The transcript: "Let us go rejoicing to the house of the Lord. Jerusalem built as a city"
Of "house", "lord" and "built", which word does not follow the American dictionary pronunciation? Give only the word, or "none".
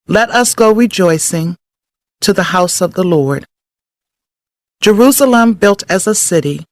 none